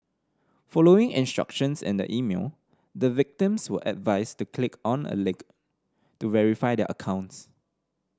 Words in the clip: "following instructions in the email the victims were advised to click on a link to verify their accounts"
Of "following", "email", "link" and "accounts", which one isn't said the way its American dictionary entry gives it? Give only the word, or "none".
link